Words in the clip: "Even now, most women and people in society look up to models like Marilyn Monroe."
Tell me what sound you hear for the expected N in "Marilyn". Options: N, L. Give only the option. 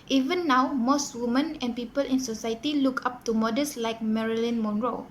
N